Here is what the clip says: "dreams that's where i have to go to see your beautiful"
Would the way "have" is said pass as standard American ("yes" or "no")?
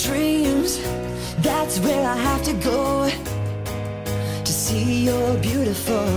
no